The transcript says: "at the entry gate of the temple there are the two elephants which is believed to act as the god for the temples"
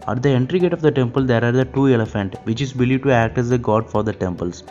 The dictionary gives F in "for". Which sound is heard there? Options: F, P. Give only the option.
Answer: F